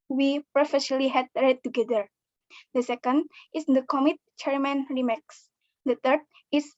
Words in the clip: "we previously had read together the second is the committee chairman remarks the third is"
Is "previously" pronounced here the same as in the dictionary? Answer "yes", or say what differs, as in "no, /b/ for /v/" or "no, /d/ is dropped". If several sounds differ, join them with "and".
no, /f/ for /v/ and /s/ is dropped